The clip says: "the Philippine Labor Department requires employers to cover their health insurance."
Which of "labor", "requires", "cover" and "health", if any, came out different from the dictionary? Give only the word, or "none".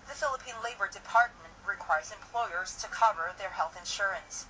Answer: none